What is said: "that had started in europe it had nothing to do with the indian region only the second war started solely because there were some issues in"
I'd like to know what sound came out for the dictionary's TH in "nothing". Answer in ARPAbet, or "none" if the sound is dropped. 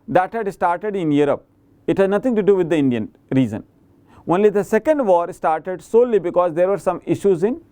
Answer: T